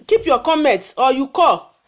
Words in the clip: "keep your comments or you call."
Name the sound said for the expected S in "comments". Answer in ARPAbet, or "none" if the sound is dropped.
none